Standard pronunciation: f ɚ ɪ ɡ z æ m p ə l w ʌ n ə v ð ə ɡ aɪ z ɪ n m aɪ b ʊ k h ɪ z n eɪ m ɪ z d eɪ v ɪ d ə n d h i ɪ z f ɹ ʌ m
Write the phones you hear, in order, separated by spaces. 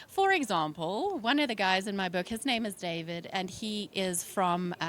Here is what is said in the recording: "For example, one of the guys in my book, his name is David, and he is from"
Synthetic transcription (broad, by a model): f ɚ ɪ ɡ z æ m p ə l w ʌ n ə v ð ə ɡ aɪ z ɪ n m aɪ b ʊ k h ɪ z n eɪ m ɪ z d eɪ v ɪ d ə n i ɪ z f ɹ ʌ m